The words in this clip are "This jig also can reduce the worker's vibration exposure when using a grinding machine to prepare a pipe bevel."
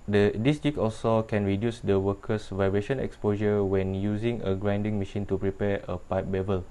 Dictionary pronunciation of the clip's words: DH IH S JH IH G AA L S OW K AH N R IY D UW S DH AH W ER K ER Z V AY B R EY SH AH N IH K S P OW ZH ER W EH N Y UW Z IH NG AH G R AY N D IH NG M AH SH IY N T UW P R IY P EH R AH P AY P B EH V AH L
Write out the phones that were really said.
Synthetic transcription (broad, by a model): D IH S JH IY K AA L S OW K AH N R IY D UW S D AH W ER K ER S V AY B R EY SH AH N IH K S P OW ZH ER W EH N Y UW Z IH NG AH G R AY N D IH NG M AH SH IY N T UW P R IY P EH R AH P AY P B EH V AH L